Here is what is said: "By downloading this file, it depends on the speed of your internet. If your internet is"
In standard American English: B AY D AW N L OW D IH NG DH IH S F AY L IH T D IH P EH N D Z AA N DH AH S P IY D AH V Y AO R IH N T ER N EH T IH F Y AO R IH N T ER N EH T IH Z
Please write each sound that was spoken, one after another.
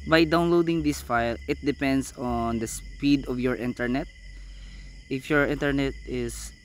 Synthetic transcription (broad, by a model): B AY D AW N L OW D IH NG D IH S F AY L IH T D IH P EH N D S AA N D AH S P IY D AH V Y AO R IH N T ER N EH T IH F Y AO R IH N T ER N EH T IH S